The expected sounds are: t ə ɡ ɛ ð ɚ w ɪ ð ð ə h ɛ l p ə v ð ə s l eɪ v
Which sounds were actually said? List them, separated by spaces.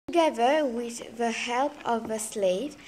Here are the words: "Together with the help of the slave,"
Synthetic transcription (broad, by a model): ɡ ɛ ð ɚ w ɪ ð ð ə h ɛ l p ə v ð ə s l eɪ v